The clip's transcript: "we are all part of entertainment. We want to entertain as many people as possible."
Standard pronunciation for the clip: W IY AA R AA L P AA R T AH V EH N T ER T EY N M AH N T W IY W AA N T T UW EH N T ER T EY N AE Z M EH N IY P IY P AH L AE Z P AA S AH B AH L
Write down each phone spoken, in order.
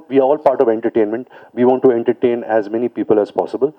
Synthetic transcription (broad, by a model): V IY AA R AA L P AA R T AH V EH N T ER T EY N M AH N T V IY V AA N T T UW EH N T ER T EY N AE Z M EH N IY P IY P AH L AE Z P AA S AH B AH L